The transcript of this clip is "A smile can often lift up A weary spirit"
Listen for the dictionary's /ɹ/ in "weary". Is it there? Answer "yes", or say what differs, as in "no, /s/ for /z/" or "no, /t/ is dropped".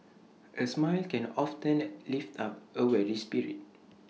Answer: no, /l/ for /ɹ/